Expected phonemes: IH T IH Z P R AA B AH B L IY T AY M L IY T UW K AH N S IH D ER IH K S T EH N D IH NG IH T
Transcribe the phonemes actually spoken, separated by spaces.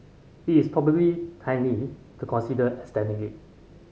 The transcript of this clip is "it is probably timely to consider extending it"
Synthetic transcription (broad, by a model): IH T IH S P R AA B AH B L IY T AY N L IY T UW K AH N S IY D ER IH S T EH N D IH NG IH T